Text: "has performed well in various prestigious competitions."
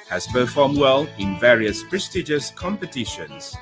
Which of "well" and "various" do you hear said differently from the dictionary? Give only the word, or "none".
none